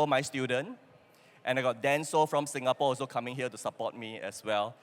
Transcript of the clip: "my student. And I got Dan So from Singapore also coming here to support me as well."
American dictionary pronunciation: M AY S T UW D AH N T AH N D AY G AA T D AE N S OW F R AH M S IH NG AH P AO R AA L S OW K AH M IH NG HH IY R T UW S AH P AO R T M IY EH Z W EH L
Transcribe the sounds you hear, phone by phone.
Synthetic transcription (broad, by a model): M AY S T UW D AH N T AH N AY G AA T D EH N S OW F R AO M S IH NG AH P AO AA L S OW K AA M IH NG HH IY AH T UW S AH P AO T M IY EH S W EH L